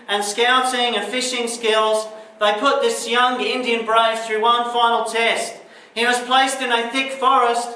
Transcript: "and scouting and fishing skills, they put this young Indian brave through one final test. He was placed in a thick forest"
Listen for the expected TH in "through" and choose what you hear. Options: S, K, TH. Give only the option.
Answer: TH